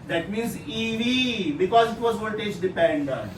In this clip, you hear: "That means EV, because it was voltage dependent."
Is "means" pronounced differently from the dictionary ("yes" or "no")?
no